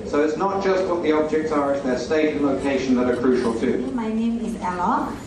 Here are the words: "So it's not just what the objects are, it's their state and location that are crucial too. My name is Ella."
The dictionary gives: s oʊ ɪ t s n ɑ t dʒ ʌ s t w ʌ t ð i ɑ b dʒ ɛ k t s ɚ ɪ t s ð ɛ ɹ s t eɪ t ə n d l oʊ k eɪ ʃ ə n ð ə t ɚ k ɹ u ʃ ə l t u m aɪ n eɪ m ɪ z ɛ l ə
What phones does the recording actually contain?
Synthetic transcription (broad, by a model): s oʊ ɪ t s n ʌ t dʒ ʌ s t w ʌ t ð i ɑ b dʒ ɛ k t s ɚ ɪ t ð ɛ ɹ s t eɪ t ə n l oʊ k eɪ ʃ ə n ð ə t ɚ k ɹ u ʃ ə l t u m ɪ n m ɪ z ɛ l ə